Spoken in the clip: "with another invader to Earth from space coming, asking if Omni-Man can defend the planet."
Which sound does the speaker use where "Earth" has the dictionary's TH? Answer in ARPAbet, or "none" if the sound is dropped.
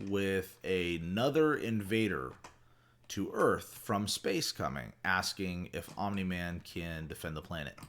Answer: TH